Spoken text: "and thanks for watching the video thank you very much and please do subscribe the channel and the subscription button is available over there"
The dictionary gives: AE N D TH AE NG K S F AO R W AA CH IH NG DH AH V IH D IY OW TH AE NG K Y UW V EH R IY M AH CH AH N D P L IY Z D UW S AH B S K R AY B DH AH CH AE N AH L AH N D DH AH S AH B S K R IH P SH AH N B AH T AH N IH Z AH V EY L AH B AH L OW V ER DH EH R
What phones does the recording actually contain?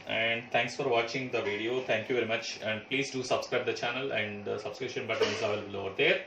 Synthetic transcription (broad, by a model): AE N D T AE NG K S F AO R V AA CH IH NG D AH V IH D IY OW T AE NG K Y UW V EH R IY M AH CH AH N D P L IY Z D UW S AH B S K R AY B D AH CH AE N AH L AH N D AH S AH B S K R IH P SH AH N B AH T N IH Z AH IH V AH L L OW V ER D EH R